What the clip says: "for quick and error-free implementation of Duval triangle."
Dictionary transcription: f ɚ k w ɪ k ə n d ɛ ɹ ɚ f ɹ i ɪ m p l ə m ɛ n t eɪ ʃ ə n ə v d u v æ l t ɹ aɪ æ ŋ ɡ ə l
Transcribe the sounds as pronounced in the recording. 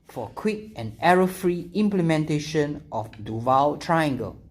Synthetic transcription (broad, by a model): f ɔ k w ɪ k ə n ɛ ɹ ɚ f ɹ i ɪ m p l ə m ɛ n t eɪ ʃ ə n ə f d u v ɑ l t ɹ aɪ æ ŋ ɡ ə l